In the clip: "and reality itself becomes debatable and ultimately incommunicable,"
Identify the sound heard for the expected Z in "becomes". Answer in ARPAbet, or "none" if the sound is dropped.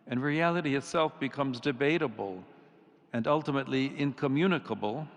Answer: Z